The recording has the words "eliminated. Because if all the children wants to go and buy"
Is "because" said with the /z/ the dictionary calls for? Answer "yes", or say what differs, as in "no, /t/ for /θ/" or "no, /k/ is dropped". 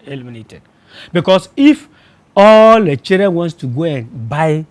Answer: no, /s/ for /z/